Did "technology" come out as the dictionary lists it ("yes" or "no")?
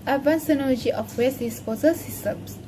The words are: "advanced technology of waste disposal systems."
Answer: no